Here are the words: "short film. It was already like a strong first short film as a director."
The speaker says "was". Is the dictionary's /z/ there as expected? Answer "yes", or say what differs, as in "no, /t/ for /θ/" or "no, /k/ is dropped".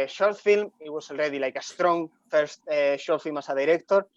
no, /s/ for /z/